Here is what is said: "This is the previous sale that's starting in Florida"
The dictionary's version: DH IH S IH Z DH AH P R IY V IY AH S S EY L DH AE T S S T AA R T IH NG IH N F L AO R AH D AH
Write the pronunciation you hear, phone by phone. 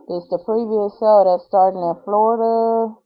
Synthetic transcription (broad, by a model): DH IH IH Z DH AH P R IY V IY AH S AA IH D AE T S S T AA R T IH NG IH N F L AO R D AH